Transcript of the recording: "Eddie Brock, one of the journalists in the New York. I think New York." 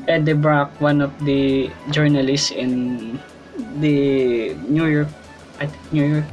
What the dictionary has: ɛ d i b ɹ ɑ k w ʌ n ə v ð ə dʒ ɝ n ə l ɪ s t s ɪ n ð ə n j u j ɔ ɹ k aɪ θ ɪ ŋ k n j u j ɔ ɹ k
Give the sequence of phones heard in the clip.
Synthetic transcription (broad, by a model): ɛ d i b ɹ ɑ k w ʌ n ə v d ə dʒ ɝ n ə l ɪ s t s ɪ n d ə n j u j ɔ ɹ k aɪ t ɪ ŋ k n j u j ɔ ɹ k